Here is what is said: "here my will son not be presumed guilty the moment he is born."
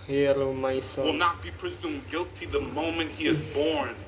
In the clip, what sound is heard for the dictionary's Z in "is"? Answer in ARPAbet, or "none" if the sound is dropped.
Z